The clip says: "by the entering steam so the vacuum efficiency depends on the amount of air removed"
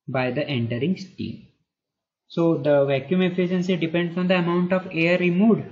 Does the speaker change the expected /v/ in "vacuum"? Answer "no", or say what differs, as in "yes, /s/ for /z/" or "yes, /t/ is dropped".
no